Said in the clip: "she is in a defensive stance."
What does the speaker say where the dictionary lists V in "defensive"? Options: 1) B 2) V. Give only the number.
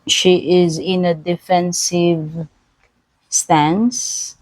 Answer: 2